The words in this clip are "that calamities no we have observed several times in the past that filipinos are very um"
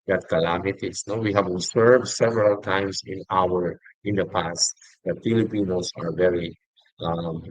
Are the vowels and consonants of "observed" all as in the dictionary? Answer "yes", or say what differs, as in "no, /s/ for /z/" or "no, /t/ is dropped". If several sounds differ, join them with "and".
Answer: no, /s/ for /z/